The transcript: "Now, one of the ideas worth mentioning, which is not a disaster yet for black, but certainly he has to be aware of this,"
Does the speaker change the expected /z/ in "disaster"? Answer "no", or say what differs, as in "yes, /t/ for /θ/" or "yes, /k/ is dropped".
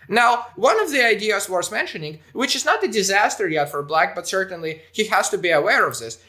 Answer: no